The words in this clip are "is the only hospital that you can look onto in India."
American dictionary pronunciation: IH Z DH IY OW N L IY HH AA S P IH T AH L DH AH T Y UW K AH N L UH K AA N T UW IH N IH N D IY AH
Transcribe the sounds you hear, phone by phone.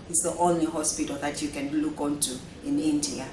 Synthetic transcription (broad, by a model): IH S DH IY OW N L IY HH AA S P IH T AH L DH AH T Y UW K AH N L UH K AA N T UW IH N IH N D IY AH